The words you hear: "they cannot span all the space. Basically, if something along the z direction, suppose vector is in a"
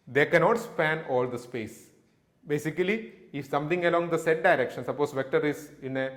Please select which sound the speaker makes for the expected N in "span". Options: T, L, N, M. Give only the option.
N